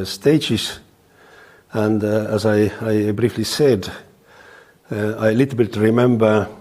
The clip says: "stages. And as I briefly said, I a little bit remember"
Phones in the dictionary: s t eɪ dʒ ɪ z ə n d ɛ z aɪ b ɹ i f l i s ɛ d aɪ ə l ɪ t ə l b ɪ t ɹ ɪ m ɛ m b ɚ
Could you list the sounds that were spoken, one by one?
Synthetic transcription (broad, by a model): s t eɪ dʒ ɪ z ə n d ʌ z aɪ b ɹ i f l i s ɛ d aɪ ə l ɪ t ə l b ɪ t ɹ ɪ m ɛ m b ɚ